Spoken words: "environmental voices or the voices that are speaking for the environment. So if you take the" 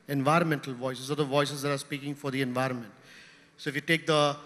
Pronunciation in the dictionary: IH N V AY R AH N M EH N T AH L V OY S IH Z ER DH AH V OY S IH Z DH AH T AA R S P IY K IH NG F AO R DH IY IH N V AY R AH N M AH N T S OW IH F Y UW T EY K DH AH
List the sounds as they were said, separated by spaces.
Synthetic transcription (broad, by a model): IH N V AY R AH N M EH N T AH L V OY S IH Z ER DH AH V OY S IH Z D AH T AA R S P IY K IH NG F AO R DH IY IH N V AY R AH N M AH N T S OW IH F Y UW T EY K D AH